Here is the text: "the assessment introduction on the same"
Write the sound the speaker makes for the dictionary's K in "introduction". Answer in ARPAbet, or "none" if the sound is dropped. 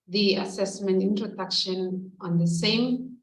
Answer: K